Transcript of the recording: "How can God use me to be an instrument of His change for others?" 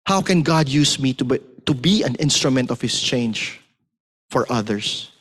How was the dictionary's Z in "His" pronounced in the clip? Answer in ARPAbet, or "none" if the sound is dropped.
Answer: S